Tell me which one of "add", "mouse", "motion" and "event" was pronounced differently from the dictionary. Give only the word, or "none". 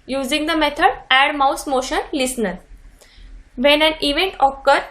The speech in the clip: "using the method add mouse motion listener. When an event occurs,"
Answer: none